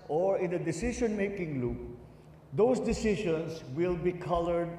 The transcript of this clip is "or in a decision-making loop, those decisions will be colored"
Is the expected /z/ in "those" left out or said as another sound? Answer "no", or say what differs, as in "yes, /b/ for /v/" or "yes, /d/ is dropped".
yes, /s/ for /z/